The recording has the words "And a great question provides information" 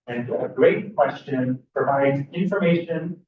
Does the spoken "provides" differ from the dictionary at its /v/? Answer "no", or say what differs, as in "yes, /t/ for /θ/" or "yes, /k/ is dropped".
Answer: no